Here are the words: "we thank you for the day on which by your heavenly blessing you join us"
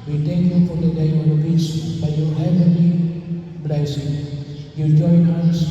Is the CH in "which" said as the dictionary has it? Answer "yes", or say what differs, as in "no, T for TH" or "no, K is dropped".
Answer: no, S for CH